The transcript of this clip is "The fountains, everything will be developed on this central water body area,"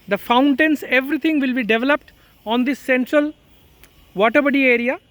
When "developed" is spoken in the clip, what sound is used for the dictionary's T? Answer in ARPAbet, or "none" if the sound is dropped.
T